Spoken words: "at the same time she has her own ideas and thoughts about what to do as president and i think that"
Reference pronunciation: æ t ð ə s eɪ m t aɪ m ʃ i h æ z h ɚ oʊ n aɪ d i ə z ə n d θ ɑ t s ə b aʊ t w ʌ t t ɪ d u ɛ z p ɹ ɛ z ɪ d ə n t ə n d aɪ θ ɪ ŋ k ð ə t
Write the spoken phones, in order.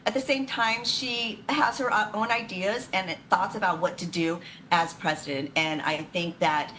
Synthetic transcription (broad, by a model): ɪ t ð ə s eɪ m t aɪ m ʃ i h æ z h ɚ oʊ n aɪ d i ə z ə n θ ɑ t s ə b aʊ t w ʌ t t ɪ d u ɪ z p ɹ ɛ z ɪ d ə n t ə n aɪ θ ɪ ŋ k ð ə t